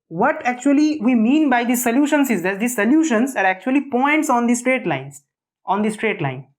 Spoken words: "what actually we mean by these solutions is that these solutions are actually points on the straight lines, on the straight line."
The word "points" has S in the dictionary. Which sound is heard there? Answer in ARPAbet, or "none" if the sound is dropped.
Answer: S